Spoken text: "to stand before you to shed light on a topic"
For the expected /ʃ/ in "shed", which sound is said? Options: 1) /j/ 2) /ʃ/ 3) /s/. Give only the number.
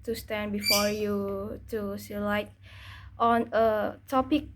3